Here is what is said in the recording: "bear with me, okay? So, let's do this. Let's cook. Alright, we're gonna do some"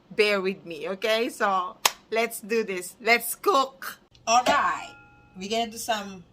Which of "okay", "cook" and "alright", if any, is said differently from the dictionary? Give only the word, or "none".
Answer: none